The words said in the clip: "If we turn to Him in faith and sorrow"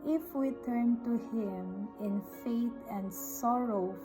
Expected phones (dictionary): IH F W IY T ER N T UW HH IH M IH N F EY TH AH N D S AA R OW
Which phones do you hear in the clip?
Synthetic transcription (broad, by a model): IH F W IY T ER N T UW HH IH M IH N F EY T AH N D S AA R OW